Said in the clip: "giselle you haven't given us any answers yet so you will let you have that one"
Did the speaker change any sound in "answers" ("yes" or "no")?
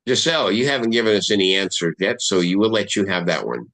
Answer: yes